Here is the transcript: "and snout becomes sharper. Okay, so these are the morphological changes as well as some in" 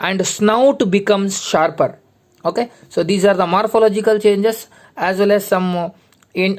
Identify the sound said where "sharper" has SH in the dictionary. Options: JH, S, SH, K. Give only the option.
SH